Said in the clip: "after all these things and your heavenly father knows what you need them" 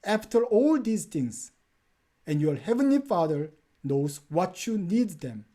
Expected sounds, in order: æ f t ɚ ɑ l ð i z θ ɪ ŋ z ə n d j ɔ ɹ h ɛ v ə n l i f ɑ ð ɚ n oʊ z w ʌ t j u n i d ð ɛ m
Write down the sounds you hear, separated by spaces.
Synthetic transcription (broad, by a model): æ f t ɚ ɑ l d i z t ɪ ŋ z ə n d j ɔ ɹ h ɛ v ə n l i f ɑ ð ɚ n oʊ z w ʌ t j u n i d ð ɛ m